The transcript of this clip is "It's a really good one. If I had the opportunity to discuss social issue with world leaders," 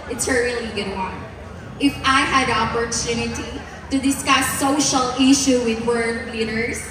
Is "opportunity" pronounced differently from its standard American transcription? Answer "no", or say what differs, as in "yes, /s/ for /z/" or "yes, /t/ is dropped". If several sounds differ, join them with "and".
no